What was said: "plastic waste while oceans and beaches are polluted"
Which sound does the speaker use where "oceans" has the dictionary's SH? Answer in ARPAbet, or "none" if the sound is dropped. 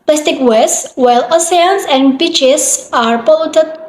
S